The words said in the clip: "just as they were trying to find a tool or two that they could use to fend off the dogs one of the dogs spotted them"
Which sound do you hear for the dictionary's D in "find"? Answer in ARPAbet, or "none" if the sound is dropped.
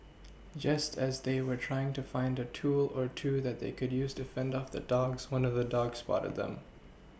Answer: D